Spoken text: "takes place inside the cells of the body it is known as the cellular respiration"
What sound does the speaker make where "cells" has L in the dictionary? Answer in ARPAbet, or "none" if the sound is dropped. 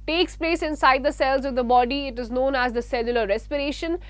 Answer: L